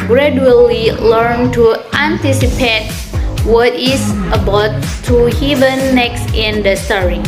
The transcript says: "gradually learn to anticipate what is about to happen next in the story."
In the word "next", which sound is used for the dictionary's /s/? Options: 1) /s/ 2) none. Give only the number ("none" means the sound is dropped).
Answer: 1